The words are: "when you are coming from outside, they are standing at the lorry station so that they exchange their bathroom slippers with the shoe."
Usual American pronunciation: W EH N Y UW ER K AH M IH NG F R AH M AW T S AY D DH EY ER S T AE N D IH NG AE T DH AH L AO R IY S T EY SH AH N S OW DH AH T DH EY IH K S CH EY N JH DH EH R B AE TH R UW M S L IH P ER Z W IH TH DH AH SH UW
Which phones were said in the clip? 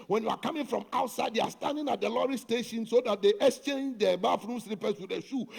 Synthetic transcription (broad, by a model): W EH N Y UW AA K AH M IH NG F R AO M AW T S AY D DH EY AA S T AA N D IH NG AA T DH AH L AO R IY S T EY SH AH N S OW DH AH T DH EY IH K S CH EY N JH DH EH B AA F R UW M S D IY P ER S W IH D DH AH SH UW